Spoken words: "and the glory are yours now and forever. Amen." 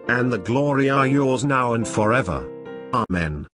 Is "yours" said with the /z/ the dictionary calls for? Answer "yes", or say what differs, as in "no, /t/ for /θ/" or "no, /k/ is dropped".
yes